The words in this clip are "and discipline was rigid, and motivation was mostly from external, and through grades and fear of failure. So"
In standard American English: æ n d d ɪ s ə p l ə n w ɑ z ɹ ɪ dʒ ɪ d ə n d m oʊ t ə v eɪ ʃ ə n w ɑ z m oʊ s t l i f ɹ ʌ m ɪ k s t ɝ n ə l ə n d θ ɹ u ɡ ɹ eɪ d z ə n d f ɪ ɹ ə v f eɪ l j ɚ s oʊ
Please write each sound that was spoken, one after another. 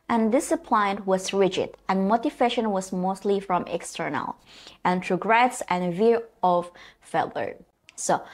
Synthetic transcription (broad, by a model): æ n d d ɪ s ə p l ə n w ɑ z ɹ ɪ dʒ ɪ d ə n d m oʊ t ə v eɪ ʃ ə n w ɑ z m oʊ s t l i f ɹ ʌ m ɪ k s t ɝ n ə l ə n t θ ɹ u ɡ ɹ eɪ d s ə n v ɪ ɹ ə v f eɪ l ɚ s oʊ